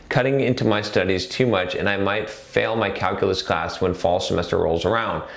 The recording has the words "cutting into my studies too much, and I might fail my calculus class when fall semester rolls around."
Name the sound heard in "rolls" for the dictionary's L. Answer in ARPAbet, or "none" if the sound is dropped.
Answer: L